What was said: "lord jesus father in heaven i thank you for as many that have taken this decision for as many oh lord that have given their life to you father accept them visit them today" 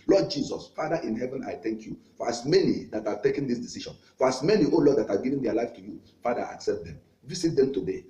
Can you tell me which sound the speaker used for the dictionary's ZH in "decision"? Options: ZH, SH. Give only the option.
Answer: SH